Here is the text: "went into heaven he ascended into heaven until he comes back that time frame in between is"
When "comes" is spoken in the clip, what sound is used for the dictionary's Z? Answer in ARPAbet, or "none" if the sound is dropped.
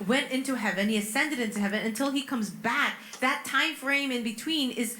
Z